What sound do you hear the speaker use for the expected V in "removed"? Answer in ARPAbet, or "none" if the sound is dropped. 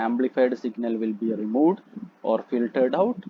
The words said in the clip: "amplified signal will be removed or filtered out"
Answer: V